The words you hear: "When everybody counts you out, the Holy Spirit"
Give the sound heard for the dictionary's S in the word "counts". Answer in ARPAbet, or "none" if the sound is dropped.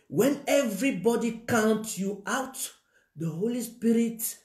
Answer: none